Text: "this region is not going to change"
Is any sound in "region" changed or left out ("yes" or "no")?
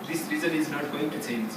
yes